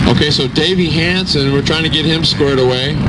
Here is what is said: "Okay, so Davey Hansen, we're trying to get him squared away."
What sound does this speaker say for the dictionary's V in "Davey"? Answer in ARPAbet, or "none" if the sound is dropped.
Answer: V